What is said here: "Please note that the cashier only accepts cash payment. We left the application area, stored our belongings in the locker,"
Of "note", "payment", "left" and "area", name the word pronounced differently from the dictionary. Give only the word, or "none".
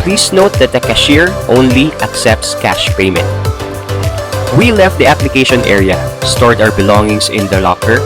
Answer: none